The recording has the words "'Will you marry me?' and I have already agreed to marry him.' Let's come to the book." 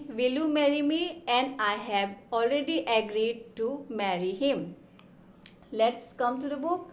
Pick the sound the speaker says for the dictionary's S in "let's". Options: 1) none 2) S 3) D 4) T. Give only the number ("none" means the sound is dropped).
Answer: 2